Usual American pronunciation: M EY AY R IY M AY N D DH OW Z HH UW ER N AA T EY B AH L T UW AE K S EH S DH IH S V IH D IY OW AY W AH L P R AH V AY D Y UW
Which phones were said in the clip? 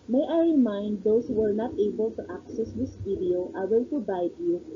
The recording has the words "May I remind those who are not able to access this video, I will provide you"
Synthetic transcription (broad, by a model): M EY AY R IY M AY N D OW S HH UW ER N AA T EY B AH L T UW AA K S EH S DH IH S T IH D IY OW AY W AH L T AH B AY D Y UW